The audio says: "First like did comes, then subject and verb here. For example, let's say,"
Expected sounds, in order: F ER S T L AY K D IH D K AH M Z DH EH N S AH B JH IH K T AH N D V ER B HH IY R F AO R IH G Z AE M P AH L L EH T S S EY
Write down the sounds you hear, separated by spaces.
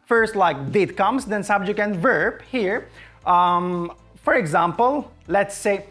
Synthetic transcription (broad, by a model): F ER S T L AY K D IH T K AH M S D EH N S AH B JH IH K AH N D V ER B HH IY R F AO R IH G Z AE M P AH L L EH T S S EY